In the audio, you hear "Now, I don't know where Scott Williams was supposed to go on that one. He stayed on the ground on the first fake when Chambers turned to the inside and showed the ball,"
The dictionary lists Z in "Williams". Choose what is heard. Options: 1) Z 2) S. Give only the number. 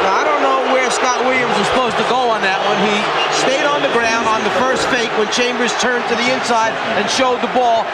1